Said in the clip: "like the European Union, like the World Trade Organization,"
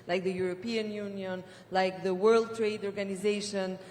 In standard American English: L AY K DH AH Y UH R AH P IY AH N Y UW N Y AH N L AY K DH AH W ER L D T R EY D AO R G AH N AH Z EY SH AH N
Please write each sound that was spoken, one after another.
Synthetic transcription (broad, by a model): L AY K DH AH Y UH R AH P IY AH N Y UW N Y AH N L AY K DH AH W ER L D T R EY D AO R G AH N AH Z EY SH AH N